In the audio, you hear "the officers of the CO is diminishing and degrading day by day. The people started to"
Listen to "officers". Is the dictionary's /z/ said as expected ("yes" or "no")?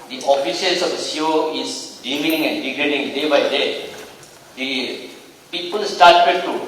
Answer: no